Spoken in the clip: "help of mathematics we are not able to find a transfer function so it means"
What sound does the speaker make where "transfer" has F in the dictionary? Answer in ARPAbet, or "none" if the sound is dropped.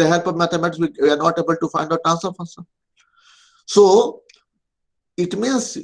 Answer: none